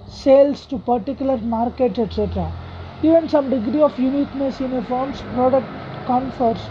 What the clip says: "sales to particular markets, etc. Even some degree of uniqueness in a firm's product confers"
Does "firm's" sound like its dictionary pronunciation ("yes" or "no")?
no